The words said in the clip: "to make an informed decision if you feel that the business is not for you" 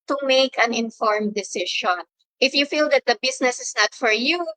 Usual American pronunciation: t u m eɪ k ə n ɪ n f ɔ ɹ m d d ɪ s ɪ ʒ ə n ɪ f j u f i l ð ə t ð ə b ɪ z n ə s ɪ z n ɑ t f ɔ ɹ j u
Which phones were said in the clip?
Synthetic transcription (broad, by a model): t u m eɪ k ə n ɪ n f ɔ ɹ m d d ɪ s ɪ ʃ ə n ɪ f j u f i l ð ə t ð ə b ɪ s n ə s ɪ s n ɑ t f ɔ ɹ j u